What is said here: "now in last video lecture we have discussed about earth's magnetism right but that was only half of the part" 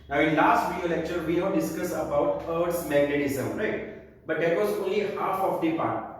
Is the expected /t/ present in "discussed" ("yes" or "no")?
no